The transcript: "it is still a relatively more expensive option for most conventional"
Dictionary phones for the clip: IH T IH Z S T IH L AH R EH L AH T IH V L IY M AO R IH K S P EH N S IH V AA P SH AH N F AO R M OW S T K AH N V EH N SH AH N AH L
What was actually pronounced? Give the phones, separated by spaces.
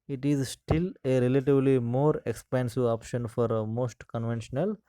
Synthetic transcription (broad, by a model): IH T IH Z S T IH L AH R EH L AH T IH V L IY M AO R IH K S P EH N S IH AA P SH AH N F AO R M OW S T K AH N V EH N SH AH N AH L